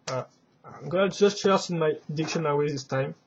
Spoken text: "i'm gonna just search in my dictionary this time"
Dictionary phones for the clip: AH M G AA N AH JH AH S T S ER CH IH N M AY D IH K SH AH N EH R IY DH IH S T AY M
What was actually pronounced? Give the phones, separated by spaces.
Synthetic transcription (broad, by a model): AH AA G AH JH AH S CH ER S IH N M AY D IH K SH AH N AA W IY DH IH S T AY M